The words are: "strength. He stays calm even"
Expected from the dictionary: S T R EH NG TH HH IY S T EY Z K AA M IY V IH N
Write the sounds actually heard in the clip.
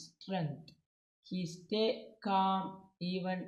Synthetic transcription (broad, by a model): S T R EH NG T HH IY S T EY K AA M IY V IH N